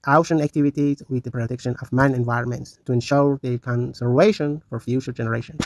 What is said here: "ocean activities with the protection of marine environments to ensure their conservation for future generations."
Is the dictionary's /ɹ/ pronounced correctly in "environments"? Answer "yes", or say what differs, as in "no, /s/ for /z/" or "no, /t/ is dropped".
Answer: yes